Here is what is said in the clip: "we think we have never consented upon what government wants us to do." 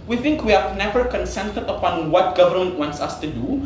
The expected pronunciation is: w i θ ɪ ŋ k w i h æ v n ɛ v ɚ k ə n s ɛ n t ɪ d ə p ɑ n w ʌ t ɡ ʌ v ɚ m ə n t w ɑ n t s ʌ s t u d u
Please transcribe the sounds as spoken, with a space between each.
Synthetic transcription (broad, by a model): w i θ ɪ ŋ k w i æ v n ɛ v ɚ k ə n s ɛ n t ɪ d ə p ɑ n w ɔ t ɡ ʌ v ɚ m ə n t w ɑ n t s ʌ s t u d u